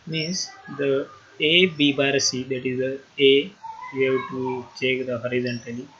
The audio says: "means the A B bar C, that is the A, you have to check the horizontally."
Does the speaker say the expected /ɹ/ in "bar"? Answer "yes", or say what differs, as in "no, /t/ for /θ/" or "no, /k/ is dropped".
yes